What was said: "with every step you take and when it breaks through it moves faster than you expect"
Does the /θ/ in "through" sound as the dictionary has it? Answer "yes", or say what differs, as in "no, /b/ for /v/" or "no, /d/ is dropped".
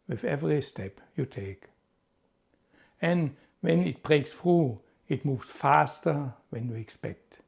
no, /f/ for /θ/